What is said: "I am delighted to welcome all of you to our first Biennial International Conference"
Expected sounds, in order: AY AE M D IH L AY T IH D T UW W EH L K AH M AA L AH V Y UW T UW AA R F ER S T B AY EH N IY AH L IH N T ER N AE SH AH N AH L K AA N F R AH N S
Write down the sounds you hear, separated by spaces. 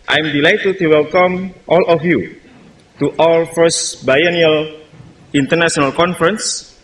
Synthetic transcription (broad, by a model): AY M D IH L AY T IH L T UW W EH L K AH M AA L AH F Y UW T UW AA L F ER S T B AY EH N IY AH L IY N T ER N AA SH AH N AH L K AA N F R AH N S